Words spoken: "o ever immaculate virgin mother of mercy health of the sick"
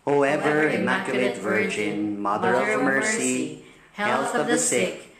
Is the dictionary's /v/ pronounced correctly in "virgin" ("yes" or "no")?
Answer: yes